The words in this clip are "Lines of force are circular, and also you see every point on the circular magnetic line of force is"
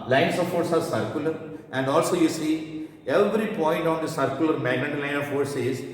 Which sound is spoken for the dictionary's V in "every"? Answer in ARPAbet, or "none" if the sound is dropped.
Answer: V